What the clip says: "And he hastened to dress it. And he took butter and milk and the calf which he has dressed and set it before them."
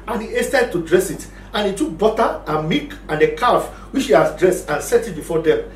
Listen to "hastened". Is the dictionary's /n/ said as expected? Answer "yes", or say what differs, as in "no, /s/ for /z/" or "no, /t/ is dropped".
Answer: no, /n/ is dropped